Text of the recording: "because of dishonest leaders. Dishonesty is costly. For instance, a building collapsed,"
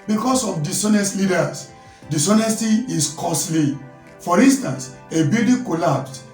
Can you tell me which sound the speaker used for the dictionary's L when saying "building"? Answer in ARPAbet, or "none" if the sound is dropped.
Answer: none